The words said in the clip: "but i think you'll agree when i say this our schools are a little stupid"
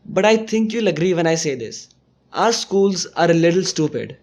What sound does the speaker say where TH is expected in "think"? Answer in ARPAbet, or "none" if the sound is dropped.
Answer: T